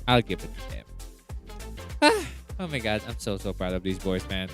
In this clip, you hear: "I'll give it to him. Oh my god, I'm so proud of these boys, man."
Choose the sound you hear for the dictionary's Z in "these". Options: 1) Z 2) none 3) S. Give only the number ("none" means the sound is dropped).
1